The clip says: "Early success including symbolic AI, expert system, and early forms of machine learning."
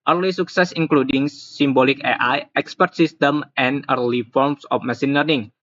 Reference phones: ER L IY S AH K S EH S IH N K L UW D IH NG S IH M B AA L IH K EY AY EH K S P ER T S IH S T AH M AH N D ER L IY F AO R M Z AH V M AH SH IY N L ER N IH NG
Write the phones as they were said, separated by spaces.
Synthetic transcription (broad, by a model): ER L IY S AH K S EH S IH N K L UW D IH NG S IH M B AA L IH K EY AY EH K S P ER T S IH S T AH M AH N ER L IY F AO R M S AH F M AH S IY N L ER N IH NG